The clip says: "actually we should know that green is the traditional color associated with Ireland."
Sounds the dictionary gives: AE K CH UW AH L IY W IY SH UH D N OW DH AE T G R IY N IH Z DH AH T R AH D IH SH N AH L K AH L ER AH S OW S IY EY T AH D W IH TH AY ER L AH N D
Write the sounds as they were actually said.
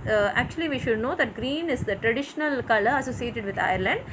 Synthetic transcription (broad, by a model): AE K CH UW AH L IY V IY SH UH D N OW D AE T G R IY N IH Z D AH T R AH D IH SH N AH L K AH L ER AH S OW S IY EY T AH D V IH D AY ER L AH N D